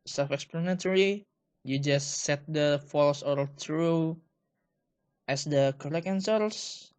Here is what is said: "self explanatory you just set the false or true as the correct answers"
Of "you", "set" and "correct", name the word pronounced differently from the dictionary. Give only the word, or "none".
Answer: correct